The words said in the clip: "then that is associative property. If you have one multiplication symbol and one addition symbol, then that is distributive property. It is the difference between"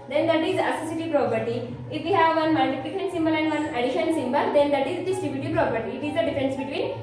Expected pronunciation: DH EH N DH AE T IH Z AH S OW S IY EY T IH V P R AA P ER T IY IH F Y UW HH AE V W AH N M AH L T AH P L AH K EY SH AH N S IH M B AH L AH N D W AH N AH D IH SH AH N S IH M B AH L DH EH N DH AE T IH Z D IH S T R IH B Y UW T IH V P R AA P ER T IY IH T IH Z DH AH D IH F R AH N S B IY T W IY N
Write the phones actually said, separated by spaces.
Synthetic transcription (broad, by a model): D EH N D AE T IH Z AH S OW S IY T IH P R AA P ER T IY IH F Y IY HH AE V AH N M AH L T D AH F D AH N S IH M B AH L AH N D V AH N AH D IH SH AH N S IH M B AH L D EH N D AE T IH Z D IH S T IH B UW T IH P R AA P ER T IY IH T IH Z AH D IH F R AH N S B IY T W IY N